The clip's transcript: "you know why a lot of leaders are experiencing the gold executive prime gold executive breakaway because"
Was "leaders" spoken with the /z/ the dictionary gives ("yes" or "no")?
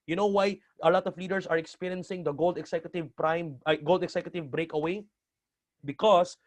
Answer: no